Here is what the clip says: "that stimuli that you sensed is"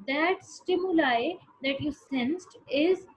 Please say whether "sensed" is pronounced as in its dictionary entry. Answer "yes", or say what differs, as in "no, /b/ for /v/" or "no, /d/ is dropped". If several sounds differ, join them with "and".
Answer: yes